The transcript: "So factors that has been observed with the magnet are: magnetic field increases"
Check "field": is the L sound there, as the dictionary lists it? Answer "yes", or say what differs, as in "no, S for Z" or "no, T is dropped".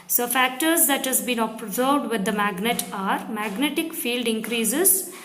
yes